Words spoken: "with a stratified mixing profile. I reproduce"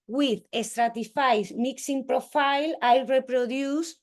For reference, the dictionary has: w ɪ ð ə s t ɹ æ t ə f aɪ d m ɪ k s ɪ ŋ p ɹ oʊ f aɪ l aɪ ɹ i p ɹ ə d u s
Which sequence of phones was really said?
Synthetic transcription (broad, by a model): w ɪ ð ə s t ɹ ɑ t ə f aɪ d m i k s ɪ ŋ p ɹ oʊ f aɪ l aɪ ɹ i p ɹ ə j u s